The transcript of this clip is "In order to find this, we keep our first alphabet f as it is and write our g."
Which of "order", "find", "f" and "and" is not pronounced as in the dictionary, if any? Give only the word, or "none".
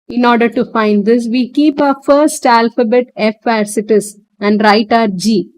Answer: none